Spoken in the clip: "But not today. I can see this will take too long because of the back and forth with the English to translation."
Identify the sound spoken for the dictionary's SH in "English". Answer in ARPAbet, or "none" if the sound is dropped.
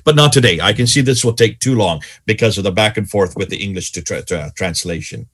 SH